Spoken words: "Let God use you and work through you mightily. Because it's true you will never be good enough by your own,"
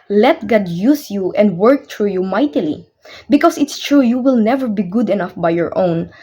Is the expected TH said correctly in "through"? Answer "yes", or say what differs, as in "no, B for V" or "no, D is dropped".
no, T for TH